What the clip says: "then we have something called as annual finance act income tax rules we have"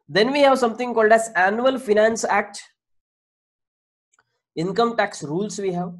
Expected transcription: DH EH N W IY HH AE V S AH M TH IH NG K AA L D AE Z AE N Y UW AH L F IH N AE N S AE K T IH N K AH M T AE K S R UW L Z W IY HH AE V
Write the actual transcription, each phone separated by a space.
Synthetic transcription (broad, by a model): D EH N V IY HH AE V S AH M T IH NG K AA L D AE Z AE N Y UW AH L F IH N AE N S AE K T IH N K AH M T AE K S R UW L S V IY HH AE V